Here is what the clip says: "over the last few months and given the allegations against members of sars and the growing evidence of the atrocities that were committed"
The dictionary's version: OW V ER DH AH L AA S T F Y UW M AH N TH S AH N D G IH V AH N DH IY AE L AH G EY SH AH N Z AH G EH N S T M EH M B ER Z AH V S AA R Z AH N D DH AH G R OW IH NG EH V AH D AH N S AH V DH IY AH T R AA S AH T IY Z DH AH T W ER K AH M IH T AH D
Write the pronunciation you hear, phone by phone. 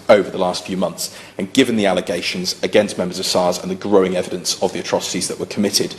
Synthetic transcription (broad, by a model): OW V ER DH AH L AA S T F Y UW M AH N TH S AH N G IH V AH N DH IY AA L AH G EY SH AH N Z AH G EH N S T M EH M B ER Z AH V S AA Z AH N DH AH G R OW IH NG EH V AH D AH N S AH V DH IY AH T R AA S AH T IY Z DH AH T W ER K AH M IH T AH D